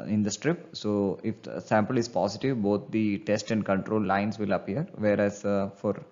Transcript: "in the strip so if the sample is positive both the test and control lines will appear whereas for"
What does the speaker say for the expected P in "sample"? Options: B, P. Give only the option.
P